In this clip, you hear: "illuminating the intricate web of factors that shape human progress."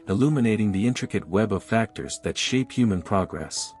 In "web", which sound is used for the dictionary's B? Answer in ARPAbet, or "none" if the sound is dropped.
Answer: B